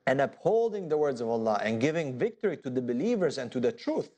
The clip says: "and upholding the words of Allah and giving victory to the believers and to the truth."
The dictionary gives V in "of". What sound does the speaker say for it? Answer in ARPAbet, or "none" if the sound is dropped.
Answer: V